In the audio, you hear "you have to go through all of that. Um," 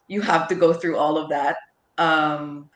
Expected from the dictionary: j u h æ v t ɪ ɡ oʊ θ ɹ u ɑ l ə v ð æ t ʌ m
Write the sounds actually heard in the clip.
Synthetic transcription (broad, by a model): j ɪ h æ f t ɪ ɡ oʊ θ ɹ u ɑ l ə v ð æ t ʌ m